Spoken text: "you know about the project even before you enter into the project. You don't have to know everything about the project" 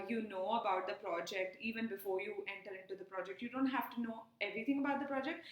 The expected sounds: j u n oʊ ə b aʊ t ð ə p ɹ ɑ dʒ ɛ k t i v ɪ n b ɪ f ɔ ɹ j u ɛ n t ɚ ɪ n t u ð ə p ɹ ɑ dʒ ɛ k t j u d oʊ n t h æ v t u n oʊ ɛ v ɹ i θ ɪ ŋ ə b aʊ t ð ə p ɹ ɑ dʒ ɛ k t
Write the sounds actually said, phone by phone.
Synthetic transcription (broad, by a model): j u n oʊ ə b aʊ t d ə p ɹ ɑ dʒ ɛ k t i v ɪ n b ɪ f ɔ ɹ j u ɛ n t ɚ ɪ n t u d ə p ɹ ɑ dʒ ɛ k t j u d oʊ n t h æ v t u n oʊ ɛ v ɹ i t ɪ ŋ ə b aʊ t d ə p ɹ ɑ dʒ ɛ k t